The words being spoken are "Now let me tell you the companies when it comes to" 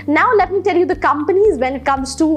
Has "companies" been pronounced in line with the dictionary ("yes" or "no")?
yes